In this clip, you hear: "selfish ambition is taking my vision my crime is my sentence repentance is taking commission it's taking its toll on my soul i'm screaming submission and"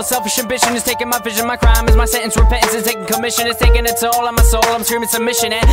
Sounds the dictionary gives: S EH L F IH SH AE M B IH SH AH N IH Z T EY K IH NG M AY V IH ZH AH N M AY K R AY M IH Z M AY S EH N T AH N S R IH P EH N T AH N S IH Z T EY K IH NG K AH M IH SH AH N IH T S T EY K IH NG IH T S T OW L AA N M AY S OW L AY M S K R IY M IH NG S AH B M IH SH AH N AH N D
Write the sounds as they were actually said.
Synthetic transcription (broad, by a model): S EH L F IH SH AE M B IH SH AH N IH Z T EY K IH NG M AY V IH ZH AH N M AY K R AY M IH Z M AY S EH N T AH N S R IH P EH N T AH N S IH Z T EY K IH NG K AH M IH SH AH N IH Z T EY K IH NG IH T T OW L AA M AY S OW L AY M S R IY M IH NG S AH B M IH SH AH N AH